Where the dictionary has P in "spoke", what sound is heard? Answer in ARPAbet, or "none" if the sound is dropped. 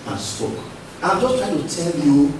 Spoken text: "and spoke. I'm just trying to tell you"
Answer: none